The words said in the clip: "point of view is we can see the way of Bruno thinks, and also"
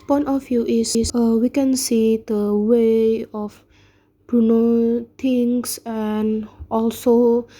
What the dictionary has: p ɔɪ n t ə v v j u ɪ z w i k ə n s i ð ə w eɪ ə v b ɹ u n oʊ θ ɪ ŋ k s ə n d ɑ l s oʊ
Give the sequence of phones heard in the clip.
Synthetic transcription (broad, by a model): p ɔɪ n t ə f j u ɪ s w i k ə n s i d ə w eɪ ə f b ɹ u n oʊ t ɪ ŋ s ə n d ɑ l s oʊ